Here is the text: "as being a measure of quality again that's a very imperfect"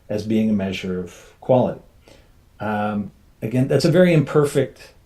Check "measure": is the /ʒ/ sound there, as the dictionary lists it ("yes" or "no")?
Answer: yes